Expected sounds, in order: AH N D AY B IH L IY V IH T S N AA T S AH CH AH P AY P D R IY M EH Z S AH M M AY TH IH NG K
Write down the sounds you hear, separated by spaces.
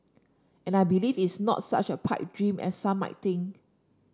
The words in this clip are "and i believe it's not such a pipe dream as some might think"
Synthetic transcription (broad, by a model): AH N AY B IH L IY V IH T S N AA T S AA CH AH P AY P D R IY M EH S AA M M AY T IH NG